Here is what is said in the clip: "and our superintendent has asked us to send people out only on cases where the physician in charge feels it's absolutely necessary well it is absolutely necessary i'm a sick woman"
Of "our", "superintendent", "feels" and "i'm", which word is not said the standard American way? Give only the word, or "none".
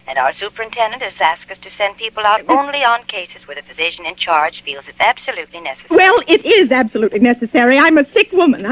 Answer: none